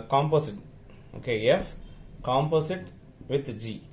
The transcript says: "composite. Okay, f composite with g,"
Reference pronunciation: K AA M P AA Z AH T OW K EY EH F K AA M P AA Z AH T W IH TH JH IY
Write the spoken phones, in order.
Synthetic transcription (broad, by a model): K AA M P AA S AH T OW K EY EH F K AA M P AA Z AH T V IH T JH IY